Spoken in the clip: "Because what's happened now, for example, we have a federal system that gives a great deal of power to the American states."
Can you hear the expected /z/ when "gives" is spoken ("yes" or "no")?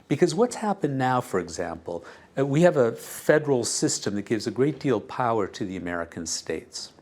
yes